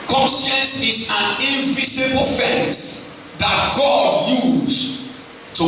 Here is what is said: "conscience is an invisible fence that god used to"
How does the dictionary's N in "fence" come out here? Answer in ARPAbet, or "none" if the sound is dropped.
none